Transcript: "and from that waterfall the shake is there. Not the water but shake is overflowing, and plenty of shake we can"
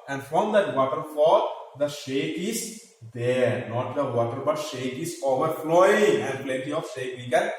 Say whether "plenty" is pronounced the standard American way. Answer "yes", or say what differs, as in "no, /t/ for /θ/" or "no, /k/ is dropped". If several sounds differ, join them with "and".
yes